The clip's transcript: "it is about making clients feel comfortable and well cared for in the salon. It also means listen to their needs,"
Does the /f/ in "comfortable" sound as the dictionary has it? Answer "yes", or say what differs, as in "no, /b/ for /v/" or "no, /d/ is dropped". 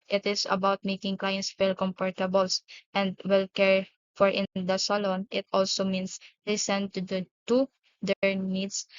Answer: no, /p/ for /f/